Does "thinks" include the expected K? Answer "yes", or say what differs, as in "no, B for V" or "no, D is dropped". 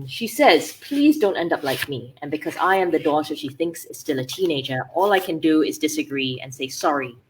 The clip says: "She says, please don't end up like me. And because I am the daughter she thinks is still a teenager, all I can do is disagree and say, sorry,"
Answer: yes